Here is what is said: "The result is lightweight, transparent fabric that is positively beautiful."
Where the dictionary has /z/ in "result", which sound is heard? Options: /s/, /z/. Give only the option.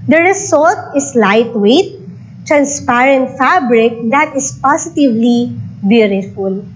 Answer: /s/